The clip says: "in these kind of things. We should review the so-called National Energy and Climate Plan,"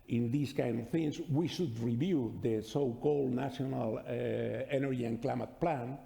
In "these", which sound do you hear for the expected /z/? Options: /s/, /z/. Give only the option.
/s/